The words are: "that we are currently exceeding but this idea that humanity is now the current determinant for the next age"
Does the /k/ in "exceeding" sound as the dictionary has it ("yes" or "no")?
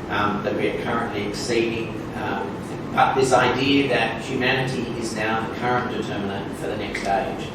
yes